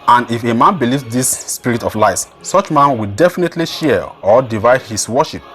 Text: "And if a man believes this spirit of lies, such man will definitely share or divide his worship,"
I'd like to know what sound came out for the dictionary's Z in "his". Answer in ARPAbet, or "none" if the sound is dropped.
S